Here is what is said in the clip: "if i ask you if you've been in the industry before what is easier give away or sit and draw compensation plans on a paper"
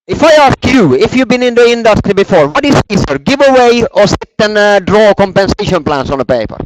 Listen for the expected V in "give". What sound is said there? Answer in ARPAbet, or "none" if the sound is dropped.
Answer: V